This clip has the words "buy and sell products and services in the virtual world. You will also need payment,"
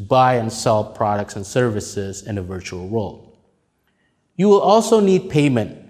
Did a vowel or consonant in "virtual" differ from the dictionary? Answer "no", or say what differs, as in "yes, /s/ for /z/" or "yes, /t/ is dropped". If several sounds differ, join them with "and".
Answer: no